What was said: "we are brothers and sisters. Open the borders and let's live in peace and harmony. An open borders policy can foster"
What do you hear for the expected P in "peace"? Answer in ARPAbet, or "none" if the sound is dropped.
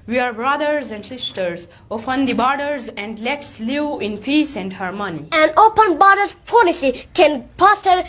F